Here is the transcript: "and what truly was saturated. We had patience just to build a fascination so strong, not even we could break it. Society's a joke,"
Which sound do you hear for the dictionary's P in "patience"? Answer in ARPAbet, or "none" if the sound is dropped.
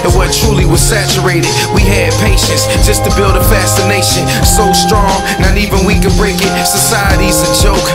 P